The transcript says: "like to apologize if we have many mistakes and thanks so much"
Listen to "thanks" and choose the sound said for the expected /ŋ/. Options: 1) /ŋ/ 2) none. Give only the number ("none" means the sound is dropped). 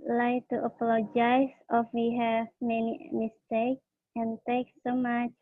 2